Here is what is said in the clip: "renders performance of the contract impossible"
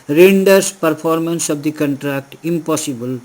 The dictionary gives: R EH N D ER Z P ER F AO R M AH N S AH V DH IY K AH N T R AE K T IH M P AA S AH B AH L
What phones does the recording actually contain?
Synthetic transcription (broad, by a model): R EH N D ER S P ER P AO R M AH N S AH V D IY K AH N T R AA K T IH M P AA S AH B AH L